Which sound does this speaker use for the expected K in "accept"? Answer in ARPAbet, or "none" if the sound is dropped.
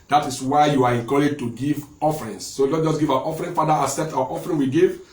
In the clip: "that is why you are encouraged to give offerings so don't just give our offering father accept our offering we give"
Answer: none